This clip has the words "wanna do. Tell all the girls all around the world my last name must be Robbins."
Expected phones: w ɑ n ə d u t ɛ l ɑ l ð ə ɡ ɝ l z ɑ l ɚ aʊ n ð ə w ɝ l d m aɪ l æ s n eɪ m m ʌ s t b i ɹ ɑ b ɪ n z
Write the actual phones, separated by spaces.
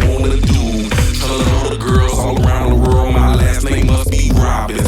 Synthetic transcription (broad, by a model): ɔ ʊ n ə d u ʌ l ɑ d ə ɡ ɝ l z ɑ l ɚ aʊ n ð ə w ɝ l d m aɪ l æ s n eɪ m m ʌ s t b i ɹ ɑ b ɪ